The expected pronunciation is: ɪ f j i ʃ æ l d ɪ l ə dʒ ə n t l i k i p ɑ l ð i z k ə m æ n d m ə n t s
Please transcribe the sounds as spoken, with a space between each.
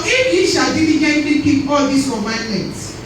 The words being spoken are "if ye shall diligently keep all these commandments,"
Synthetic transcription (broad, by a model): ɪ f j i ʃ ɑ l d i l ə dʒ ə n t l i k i b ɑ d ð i s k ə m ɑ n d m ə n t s